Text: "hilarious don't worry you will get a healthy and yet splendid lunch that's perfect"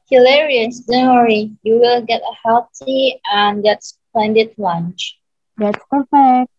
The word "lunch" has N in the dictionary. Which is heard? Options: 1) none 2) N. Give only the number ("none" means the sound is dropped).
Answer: 2